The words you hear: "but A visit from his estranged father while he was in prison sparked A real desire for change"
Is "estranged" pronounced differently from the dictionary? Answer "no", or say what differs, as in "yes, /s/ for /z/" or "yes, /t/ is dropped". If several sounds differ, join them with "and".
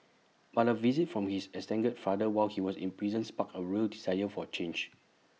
yes, /ɹ/ is dropped